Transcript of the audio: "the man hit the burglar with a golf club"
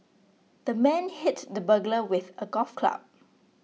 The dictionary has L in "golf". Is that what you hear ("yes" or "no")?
no